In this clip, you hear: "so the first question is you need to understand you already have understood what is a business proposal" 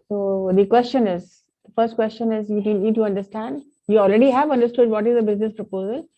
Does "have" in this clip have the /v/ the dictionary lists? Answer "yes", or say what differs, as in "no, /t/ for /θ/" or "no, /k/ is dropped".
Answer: yes